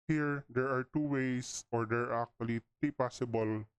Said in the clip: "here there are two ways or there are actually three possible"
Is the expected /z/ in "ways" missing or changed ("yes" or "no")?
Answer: yes